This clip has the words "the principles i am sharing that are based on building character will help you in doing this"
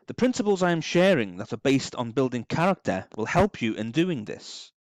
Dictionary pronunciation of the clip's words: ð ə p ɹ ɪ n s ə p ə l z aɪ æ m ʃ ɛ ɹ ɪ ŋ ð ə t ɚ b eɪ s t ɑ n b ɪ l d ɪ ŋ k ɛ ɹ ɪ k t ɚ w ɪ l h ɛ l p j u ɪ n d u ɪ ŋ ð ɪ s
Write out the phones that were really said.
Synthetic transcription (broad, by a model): ð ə p ɹ ɪ n s ə p ə l z aɪ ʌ m ʃ ɛ ɹ ɪ ŋ ð ə t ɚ b eɪ s t n b ɪ l d ɪ ŋ k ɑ ɹ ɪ k t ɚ w ɪ l h ɛ l p j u ɪ n d u ɪ ŋ ð ɪ s